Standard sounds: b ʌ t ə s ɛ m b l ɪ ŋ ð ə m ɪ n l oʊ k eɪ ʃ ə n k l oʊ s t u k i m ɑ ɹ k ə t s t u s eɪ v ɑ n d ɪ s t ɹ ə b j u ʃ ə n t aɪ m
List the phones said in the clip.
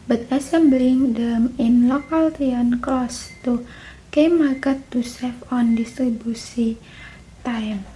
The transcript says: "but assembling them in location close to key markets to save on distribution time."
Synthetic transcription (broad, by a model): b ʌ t ə s ɛ m b l ɪ ŋ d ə m ɪ n l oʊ k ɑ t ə n k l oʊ s t u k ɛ m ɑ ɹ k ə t t u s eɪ f ɑ n d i s t ɹ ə b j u s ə t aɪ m